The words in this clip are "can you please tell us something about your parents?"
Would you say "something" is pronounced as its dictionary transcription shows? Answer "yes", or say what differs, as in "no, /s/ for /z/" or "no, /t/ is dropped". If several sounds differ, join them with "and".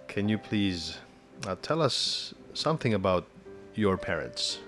yes